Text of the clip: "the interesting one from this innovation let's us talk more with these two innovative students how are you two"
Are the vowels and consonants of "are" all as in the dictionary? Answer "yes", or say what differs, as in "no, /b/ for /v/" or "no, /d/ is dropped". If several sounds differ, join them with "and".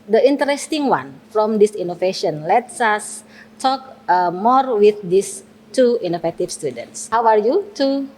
yes